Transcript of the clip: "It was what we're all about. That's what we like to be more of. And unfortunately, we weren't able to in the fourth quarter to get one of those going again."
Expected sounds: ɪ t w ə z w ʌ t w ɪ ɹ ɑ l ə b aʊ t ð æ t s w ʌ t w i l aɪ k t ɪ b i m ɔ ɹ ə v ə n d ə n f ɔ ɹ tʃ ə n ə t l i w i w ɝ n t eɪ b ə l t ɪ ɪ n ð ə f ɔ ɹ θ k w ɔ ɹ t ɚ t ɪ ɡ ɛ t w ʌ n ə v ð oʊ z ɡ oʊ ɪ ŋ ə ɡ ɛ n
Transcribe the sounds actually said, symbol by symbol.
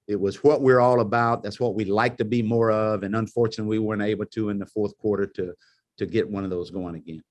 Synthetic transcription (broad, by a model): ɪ t w ə z w ʌ t w ɪ ɹ ɑ l ə b aʊ t ð æ t s w ʌ t w i l aɪ k t ɪ b i m ɔ ɹ ə v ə n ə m f ɔ ɹ tʃ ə n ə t w i w ɝ n t eɪ b l t ɪ ɪ n ð ə f ɔ ɹ θ k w ɔ ɹ t ɚ t ɪ ɡ ɛ t w ʌ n ə v ð oʊ z ɡ oʊ ɪ ŋ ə ɡ ɛ n